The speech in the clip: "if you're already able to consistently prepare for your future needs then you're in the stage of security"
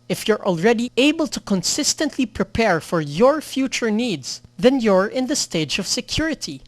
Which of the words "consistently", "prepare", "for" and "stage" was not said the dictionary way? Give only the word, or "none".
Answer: none